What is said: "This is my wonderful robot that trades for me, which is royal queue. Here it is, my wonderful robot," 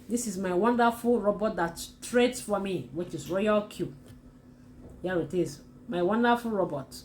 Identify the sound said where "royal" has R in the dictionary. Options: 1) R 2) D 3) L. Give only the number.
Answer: 1